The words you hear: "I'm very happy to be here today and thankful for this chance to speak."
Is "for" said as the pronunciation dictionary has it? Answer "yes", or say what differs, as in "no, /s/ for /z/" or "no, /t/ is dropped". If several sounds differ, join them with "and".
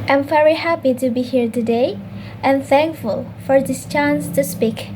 yes